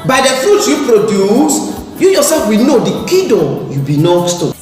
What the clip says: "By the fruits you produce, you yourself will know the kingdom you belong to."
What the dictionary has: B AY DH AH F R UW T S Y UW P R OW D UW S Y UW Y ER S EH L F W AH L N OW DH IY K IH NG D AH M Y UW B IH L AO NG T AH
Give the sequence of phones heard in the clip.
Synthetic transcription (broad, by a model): B AY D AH F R UW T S Y UW P R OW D UW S Y UW Y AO S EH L F W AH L N OW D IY K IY D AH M Y UW B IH N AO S T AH